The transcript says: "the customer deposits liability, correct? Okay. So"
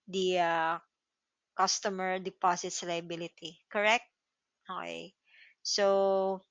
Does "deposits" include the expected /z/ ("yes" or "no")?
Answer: no